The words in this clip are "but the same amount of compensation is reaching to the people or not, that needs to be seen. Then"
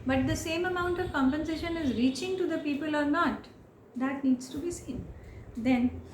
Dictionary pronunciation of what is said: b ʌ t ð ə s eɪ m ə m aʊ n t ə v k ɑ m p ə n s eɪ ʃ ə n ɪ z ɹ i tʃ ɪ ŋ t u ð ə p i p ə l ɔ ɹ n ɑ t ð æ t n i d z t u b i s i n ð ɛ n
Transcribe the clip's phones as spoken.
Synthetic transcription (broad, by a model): b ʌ t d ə s eɪ m ə m aʊ n t ə v k ɑ m p ə n s eɪ ʃ ə n ɪ z ɹ i tʃ ɪ ŋ t u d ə p i p ə l ɔ ɹ n ɑ t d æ t n i d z t u b i s i n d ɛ n